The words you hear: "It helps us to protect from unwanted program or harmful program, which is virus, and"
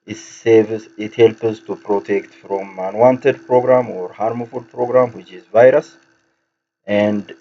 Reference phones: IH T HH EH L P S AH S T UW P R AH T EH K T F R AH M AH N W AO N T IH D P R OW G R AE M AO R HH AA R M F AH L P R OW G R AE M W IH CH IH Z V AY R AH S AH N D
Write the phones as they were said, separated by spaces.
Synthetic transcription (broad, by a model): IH T HH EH L P AH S T UW P R AH T EH K T F R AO M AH N W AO N T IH D P R OW G R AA M AO R HH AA R M F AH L P R OW G R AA M W IH CH IH Z V AY R AH S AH N D